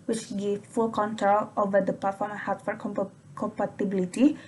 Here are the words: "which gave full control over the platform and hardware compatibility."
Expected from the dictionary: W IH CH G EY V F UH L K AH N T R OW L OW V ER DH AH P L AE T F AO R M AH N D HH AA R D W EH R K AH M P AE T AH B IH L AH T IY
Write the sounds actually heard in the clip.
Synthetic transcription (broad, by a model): W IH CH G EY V F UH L K AH N T R OW L OW V ER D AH P AA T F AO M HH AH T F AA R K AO K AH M P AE T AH B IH L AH T IY